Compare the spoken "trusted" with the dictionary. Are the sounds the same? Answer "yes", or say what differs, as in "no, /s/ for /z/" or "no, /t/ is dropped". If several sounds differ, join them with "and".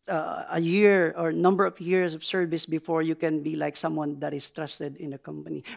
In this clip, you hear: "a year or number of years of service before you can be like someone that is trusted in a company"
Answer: yes